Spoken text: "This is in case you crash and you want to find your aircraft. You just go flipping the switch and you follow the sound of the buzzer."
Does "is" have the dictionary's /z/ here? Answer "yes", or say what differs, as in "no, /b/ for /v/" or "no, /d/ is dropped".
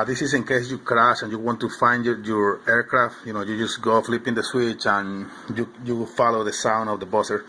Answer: no, /s/ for /z/